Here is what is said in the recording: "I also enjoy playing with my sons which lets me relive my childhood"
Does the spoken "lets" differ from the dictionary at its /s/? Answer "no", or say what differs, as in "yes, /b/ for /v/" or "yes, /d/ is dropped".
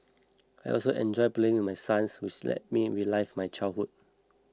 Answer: yes, /s/ is dropped